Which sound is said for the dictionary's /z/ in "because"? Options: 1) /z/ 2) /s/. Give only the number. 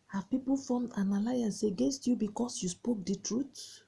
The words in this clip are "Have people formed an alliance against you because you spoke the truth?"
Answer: 2